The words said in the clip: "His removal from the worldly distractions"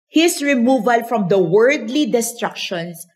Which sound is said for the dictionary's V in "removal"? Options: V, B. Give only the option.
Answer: V